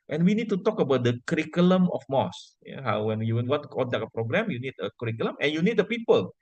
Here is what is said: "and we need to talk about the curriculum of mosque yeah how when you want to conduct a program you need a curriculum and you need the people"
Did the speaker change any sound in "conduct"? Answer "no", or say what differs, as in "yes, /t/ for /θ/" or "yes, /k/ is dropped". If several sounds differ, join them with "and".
yes, /l/ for /n/